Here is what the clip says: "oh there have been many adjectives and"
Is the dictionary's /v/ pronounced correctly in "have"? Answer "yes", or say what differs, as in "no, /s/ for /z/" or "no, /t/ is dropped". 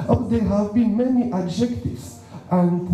yes